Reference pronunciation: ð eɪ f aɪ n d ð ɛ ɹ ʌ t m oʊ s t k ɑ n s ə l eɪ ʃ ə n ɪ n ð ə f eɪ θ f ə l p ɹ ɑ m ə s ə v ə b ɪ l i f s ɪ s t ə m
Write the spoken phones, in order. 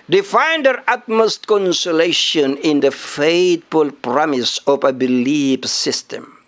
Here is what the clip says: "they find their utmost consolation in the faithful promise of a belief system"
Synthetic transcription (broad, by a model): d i f aɪ n d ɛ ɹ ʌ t m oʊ s t k ɑ n s ə l eɪ ʃ ə n ɪ n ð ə f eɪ t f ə l p ɹ ɑ m ə s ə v ə b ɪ l i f s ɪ s t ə m